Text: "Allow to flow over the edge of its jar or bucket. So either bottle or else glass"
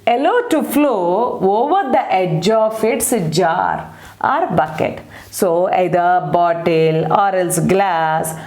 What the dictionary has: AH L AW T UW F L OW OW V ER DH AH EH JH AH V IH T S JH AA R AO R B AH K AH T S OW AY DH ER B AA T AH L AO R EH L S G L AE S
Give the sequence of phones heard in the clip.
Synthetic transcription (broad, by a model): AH L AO T UW F L OW OW V ER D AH EH JH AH F IH T S JH AA R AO R B AH K AH T S OW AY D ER B AA T AH L AO R EH L S G L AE S